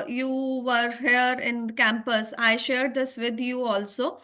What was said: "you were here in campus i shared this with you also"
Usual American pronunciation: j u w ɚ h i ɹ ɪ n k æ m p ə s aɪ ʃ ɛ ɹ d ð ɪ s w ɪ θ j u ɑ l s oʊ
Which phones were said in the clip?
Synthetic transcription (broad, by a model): j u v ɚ h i ɹ ɪ n k æ m p ə s aɪ ʃ ɛ ɹ d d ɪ s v ɪ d j u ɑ l s oʊ